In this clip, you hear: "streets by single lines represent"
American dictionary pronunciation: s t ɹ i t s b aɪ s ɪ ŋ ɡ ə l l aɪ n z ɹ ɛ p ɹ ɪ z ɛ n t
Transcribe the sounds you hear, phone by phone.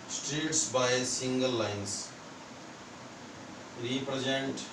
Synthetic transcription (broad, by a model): s t ɹ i t s b aɪ s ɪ ŋ ɡ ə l l aɪ n s ɹ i p ɹ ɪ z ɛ n t